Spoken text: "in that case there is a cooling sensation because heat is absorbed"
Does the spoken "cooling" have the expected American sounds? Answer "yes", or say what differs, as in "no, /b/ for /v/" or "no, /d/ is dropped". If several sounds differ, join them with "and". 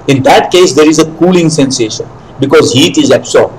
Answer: yes